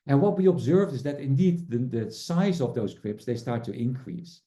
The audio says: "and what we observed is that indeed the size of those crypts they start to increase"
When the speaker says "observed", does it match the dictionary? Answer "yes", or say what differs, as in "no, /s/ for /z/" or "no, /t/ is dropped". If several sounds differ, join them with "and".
yes